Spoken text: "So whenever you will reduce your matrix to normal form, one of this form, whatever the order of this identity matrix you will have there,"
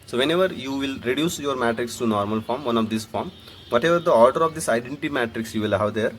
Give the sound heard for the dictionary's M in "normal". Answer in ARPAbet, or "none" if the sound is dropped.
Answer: M